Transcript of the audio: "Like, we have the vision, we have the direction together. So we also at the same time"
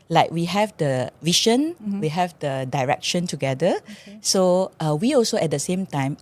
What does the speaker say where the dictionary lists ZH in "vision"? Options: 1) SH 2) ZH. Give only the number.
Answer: 1